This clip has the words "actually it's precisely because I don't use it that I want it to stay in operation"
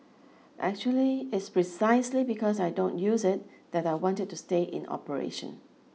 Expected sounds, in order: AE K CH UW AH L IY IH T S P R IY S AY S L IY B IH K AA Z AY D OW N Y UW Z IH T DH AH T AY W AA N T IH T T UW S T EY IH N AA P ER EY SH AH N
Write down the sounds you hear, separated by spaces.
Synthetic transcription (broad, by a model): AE K CH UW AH L IY IH T S P R IY S AY S L IY B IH K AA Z AY D OW N Y UW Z IH T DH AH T AY W AA N T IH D T UW S T EY IH N AA P ER EY SH AH N